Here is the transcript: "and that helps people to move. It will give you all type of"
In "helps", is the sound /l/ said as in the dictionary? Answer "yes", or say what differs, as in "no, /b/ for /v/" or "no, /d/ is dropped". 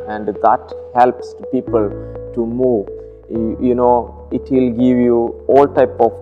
yes